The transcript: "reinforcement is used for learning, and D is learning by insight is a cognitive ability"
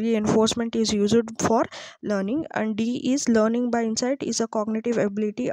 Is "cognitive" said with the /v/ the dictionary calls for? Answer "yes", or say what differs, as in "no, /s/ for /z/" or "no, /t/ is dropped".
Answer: yes